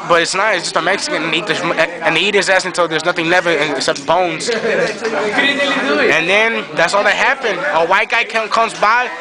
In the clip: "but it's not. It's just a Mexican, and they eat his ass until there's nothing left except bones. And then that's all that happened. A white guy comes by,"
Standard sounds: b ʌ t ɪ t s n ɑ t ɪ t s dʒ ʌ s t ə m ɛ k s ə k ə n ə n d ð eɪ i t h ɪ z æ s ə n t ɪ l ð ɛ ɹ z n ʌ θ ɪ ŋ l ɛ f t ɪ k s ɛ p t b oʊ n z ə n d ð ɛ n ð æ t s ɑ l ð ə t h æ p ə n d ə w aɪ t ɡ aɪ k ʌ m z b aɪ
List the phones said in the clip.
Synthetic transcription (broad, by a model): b ʌ t ɪ t s n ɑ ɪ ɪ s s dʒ ʌ s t ə m ɛ k s ə k ə n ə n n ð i i t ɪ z æ s ə n t ɪ l ð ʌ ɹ z n ʌ θ ɪ ŋ n ɛ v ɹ ɪ k s ɛ p t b oʊ n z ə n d ð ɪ n ð æ t s ɑ l ð ə t h æ p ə n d ə w aɪ t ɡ aɪ k ʌ m z b aɪ